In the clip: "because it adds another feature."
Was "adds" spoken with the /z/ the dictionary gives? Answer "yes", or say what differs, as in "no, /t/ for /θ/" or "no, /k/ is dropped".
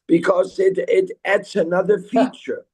no, /s/ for /z/